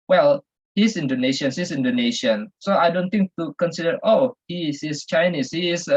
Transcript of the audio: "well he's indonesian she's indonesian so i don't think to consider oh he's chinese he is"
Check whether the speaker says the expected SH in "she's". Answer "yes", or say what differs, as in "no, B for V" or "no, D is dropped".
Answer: no, S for SH